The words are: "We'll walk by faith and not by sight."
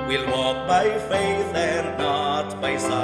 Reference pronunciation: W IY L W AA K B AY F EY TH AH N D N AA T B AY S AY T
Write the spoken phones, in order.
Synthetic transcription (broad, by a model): W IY L W AA K B AY F EY TH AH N N AA T B AY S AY